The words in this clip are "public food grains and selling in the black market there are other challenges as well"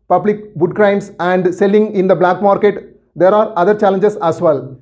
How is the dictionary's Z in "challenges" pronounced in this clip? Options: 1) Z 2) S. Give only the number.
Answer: 2